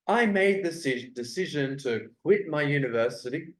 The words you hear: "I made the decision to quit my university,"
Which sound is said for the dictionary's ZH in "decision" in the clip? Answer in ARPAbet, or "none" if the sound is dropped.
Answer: ZH